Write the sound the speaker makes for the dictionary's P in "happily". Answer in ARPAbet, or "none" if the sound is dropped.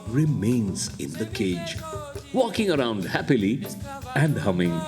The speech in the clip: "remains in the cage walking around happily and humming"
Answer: P